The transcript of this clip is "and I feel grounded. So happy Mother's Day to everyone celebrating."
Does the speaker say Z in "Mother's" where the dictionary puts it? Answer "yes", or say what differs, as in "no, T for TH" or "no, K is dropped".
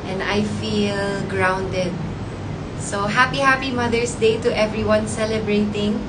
no, S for Z